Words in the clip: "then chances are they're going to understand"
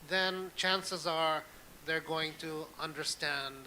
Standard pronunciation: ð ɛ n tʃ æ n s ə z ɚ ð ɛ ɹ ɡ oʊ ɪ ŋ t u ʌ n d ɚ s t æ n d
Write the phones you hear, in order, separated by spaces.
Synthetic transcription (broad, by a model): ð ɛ n tʃ æ n s ə z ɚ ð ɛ ɹ ɡ oʊ ɪ ŋ t u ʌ n d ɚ s t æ n d